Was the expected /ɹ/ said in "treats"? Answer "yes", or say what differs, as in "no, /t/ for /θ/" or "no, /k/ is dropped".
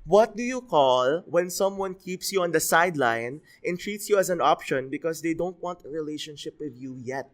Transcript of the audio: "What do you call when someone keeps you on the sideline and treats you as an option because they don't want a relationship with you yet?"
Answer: yes